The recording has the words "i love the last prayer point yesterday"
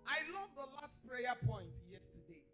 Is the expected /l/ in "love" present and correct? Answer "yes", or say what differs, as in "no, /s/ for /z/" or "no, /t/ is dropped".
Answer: yes